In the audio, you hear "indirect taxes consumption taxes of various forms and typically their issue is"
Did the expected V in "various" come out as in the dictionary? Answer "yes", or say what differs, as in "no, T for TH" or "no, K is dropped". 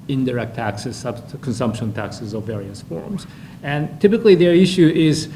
yes